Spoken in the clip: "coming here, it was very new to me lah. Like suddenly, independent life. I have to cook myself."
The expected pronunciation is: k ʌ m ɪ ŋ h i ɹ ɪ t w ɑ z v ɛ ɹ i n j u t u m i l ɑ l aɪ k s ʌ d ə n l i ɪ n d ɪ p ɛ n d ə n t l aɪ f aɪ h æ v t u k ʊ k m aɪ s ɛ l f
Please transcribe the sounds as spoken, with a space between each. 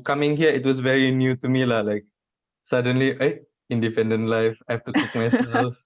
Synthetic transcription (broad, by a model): k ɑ m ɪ ŋ h i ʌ ɪ t w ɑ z v ɛ ɹ i n j u t u m i l ɑ l aɪ k s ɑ d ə n l i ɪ n d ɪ p ɛ n d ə n t l aɪ f aɪ h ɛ f t u k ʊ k m aɪ s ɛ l